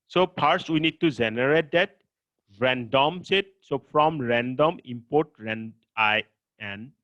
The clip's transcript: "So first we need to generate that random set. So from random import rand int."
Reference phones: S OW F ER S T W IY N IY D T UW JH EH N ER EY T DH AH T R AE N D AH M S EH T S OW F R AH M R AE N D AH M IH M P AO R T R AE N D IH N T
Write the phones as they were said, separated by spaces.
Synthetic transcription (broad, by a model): S OW P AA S W IY N IY D T UW JH EH N ER EY T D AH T R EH N D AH M S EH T S OW F R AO M R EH N D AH M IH M P AO T R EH N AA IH N